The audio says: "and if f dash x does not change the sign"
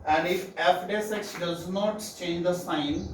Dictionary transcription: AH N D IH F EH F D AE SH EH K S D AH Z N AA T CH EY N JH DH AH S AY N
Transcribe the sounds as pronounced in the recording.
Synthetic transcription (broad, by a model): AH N D IH F EH F D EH S EH K S D AH Z N AA T CH EY N JH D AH S AY N